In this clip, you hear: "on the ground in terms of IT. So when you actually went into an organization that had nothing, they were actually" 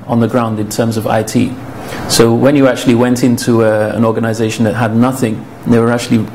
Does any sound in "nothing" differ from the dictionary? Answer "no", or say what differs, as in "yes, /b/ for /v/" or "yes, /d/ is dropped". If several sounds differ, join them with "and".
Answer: no